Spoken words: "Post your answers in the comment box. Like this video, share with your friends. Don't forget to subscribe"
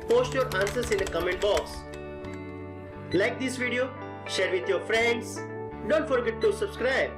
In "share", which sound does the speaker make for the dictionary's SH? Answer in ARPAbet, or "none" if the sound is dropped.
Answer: SH